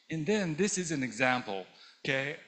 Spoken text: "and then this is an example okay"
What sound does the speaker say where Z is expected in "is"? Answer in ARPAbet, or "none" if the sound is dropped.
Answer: Z